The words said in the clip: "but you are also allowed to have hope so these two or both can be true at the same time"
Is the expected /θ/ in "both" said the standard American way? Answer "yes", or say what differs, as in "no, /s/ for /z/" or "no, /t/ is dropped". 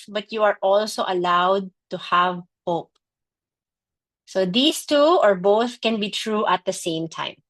yes